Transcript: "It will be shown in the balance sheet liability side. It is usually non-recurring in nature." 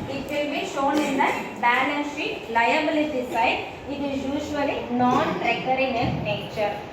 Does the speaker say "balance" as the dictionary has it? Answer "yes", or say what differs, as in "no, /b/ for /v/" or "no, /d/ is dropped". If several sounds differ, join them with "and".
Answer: no, /n/ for /l/